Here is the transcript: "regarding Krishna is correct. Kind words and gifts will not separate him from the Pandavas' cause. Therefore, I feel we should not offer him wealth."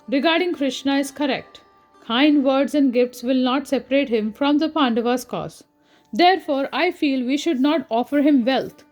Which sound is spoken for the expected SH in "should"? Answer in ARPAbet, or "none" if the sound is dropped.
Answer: SH